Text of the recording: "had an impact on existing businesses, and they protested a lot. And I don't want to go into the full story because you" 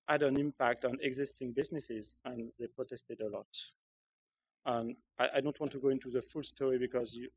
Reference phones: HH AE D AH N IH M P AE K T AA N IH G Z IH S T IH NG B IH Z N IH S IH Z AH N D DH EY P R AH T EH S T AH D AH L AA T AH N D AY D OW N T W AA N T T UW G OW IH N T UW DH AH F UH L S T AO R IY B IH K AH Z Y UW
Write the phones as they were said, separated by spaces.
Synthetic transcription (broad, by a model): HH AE D AH N IH M P AE K T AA N IH G Z IH S T IH NG B IH Z N IH S IH Z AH N DH EY P R AH T EH S T AH D AH L AA T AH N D AY D OW N T W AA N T T UW G OW IH N T UW DH AH F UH L S T AO R IY B IH K AH Z Y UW